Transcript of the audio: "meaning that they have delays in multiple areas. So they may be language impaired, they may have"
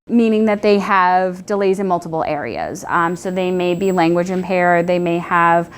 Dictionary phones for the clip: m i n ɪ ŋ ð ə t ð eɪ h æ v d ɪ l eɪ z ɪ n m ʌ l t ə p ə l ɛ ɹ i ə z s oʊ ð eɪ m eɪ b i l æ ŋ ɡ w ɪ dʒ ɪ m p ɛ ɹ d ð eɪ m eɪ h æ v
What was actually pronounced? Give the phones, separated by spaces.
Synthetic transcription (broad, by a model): m i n ɪ ŋ ð ə t ð eɪ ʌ v d ɪ l eɪ z ɪ n m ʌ l t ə p l ɛ ɹ i ə z s oʊ ð eɪ m eɪ b i l æ ŋ ɡ w ɪ dʒ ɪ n p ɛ ɹ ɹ ð eɪ m eɪ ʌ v